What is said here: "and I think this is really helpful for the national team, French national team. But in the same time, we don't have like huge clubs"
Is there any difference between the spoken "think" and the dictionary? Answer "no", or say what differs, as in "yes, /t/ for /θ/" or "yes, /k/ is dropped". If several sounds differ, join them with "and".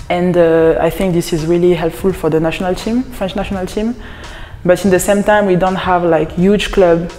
no